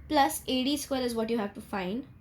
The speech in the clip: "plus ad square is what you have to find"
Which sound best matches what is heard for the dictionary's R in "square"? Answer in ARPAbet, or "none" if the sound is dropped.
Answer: L